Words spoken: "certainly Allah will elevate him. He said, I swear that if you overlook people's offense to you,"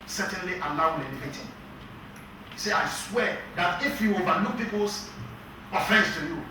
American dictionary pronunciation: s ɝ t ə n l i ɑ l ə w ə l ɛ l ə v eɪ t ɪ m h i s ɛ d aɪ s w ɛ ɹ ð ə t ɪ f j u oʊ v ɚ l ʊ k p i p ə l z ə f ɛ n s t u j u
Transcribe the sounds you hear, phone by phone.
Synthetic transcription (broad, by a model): s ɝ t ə n l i ɑ l ə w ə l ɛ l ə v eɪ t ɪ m s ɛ aɪ s w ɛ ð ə t ɪ f j u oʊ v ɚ n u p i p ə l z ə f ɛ s t u j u